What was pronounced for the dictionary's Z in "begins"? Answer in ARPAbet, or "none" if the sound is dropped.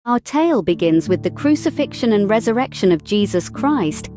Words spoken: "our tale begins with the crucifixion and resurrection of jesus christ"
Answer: Z